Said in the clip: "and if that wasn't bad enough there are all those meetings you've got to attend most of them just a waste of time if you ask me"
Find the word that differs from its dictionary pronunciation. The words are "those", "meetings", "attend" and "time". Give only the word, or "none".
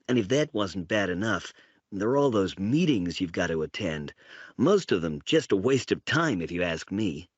none